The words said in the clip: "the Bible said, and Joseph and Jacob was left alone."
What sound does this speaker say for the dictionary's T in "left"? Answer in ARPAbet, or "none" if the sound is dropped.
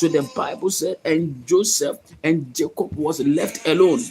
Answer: T